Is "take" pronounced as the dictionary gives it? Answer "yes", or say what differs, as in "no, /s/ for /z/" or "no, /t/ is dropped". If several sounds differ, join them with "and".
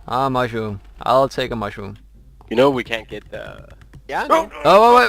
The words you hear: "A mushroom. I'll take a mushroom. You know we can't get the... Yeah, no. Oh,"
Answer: yes